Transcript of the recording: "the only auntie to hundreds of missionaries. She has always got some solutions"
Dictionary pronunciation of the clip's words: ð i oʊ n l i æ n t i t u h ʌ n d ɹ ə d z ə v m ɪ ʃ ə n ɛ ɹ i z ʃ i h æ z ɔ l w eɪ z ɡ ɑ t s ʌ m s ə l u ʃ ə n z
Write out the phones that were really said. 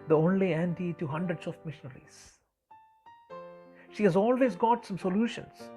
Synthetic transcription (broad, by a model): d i oʊ n l i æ n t i t u h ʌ n d ɹ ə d s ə f m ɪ ʃ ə n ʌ ɹ i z ʃ i h æ z ɔ l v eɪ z ɡ ɑ t s ʌ m s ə l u ʃ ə n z